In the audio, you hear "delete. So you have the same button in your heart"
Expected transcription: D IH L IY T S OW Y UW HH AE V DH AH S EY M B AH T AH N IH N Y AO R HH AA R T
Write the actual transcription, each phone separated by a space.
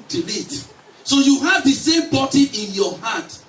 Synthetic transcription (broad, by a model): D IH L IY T S OW Y UW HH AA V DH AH S EY M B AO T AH IH N Y AO HH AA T